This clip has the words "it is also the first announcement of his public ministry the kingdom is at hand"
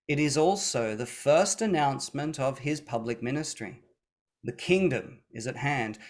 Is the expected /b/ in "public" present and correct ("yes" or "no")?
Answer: yes